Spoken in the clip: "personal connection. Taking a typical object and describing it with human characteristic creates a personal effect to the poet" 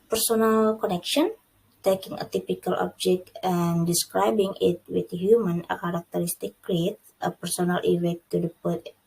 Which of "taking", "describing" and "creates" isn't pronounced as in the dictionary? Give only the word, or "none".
creates